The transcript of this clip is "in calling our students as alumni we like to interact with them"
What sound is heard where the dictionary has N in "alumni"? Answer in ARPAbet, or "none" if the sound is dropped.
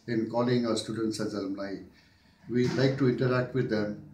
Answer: L